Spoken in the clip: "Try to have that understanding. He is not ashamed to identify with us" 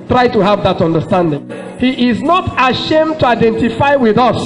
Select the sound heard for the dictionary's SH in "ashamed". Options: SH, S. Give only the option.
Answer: SH